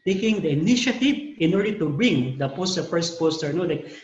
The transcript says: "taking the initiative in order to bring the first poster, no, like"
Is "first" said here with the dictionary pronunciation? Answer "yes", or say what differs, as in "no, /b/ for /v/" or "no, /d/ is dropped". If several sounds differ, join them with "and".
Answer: no, /p/ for /f/